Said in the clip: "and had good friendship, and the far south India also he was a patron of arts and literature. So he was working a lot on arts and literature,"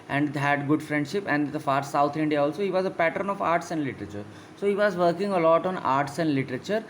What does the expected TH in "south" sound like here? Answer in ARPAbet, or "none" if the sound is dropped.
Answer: T